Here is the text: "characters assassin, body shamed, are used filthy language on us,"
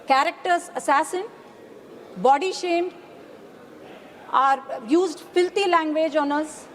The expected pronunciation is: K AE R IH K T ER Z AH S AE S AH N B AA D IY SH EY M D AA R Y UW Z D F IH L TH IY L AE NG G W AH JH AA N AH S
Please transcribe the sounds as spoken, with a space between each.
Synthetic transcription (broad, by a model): K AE R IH K T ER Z AH S AE S AH N B AA D IY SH EY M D AA R Y UW Z D F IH L T IY L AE NG G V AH JH AA N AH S